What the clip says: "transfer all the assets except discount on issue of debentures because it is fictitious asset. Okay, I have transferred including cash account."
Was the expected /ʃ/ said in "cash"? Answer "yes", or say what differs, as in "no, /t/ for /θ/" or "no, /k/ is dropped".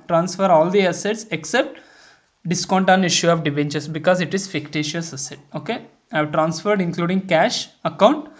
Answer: yes